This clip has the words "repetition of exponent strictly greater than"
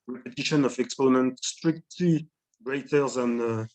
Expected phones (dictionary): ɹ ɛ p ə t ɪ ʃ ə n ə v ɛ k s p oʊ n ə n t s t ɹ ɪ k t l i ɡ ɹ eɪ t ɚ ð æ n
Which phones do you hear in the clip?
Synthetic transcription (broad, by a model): ɹ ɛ p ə t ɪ ʃ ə n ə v ɛ k s p oʊ n ə n t s t ɹ ɪ k t l i ɡ ɹ eɪ t ɚ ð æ n